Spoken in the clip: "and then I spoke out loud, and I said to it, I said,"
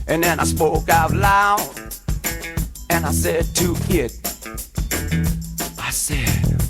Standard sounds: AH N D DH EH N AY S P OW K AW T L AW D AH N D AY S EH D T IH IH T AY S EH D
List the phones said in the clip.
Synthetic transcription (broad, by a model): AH N DH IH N AY S P OW K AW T L AW AH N AY S EH D T IH IH T AY S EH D